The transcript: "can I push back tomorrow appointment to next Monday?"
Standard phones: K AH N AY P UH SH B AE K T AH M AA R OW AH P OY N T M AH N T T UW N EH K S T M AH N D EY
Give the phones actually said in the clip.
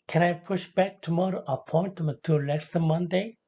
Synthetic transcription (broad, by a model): K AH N AY P UH SH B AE K T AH M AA R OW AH P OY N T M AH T T UW L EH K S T M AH N D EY